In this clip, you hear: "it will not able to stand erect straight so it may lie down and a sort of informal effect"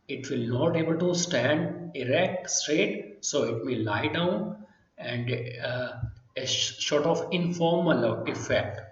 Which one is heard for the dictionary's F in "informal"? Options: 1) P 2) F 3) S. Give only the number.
2